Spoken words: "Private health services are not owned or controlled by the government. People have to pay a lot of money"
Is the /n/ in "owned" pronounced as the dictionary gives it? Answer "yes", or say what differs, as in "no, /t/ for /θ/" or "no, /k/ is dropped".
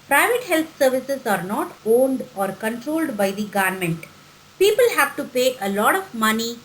yes